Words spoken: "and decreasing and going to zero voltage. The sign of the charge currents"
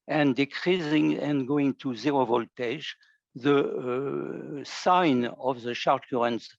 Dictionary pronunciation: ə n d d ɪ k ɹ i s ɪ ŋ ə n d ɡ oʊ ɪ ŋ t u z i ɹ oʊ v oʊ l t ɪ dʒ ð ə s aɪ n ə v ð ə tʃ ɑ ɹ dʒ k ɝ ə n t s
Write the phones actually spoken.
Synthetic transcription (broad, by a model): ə n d d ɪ k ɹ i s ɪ ŋ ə n ɡ oʊ ɪ ŋ t u z i ɹ oʊ v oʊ l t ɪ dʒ ð ə s aɪ n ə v ð ə ʃ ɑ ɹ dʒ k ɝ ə n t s